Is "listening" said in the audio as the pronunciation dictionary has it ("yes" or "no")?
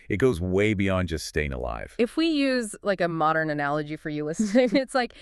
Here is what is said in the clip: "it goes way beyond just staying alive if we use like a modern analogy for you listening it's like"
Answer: no